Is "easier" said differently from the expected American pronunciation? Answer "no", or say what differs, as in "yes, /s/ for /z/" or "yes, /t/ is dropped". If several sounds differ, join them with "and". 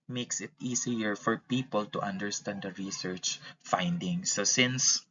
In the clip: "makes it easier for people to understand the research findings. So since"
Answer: yes, /s/ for /z/